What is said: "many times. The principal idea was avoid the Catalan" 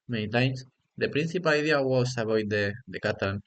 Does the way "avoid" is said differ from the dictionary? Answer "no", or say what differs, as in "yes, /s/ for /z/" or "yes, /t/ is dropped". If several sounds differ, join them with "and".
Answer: yes, /b/ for /v/